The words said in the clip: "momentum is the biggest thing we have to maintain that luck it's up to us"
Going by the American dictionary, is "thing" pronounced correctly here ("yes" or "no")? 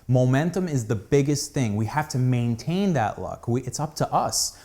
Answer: yes